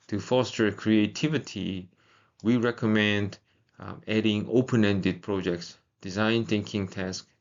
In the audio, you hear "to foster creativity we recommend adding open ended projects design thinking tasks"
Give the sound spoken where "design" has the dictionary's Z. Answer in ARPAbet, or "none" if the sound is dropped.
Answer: Z